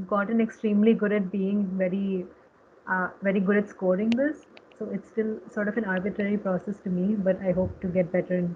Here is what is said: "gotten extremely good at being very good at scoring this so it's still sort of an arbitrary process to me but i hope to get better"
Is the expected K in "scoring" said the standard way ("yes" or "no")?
yes